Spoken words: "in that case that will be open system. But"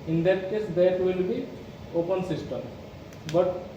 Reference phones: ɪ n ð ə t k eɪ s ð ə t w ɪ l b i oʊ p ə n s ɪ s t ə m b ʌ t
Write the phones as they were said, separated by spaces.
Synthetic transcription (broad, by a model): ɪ n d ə t k eɪ s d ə t w ɪ l b i oʊ p ə n s ɪ s t ə m b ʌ t